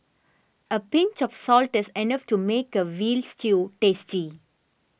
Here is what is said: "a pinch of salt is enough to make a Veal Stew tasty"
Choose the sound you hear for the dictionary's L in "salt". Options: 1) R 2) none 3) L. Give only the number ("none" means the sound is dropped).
3